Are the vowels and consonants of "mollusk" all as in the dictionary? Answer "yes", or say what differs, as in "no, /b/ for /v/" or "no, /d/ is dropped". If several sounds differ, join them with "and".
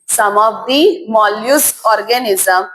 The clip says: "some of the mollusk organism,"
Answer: no, /k/ is dropped